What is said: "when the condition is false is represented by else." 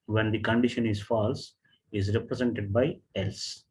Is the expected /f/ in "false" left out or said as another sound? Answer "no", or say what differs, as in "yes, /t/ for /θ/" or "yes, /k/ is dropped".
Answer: no